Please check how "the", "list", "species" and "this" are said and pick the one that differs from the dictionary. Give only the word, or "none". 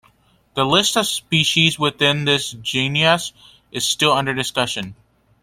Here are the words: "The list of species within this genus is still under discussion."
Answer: none